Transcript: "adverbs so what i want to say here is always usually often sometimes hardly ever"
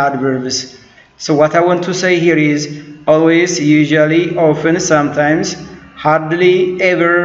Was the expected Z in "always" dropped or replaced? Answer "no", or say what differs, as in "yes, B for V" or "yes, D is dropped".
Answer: no